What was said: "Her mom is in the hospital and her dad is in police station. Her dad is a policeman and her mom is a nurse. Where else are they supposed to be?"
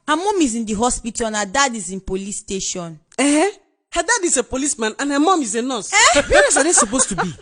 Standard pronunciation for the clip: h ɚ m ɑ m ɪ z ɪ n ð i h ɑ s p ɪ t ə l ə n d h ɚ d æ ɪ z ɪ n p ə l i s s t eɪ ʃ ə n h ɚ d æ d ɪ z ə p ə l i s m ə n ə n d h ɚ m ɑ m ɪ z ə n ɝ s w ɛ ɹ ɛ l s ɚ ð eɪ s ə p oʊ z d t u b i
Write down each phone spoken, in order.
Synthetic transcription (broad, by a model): h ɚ m ɑ m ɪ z ɪ n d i h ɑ s p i t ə n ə d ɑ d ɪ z ɪ n p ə l i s s t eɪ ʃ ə n h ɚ d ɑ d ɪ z ə p ə l i s m ə n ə n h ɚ m ɑ m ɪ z ə n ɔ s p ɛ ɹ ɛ s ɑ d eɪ s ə p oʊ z t u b i